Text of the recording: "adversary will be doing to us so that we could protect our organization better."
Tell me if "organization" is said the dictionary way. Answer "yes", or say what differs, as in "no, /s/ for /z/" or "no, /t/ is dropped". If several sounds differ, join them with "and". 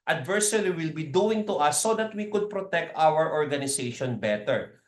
no, /s/ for /z/